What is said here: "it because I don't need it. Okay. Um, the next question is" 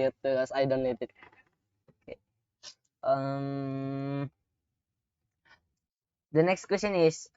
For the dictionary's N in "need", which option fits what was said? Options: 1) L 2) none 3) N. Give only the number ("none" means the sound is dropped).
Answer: 1